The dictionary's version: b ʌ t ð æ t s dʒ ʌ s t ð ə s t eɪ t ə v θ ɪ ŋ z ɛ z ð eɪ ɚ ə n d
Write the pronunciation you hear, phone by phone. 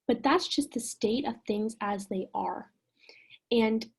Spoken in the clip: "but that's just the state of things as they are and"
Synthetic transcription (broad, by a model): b ʌ t ð æ t s dʒ ʌ s t ð ə s t eɪ t ə v θ ɪ ŋ z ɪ z ð eɪ ɚ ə n